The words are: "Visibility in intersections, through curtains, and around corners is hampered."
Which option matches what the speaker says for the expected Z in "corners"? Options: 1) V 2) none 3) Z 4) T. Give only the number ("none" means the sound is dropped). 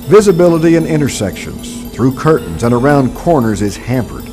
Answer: 3